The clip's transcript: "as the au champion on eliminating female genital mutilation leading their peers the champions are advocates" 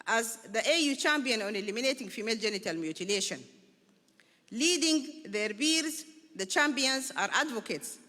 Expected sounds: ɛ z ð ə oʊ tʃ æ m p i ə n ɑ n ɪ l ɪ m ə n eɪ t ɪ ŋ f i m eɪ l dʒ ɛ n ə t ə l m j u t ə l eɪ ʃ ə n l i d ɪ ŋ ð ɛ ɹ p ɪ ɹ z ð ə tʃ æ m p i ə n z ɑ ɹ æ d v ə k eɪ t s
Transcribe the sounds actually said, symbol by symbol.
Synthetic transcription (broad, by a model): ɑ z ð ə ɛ tʃ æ m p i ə n ɑ n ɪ l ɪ m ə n eɪ t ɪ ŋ f i m eɪ l dʒ ɛ n ə t ə l m j u t ə l eɪ ʃ ə n l i d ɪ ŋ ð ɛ ɹ b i ɹ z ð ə tʃ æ m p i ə n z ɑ ɹ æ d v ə k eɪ t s